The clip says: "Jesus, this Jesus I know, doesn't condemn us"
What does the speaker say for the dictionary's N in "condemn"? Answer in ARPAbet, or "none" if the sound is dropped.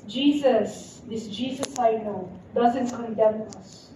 none